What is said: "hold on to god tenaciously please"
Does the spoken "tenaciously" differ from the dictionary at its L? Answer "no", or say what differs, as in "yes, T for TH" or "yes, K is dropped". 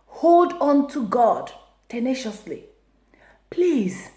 no